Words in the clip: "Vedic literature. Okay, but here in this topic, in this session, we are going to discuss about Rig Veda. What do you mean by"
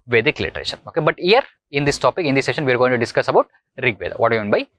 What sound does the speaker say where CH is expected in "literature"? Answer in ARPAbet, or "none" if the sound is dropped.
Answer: SH